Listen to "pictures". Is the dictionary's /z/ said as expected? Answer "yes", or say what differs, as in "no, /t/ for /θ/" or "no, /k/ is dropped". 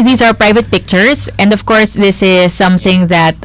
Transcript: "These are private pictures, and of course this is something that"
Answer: no, /s/ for /z/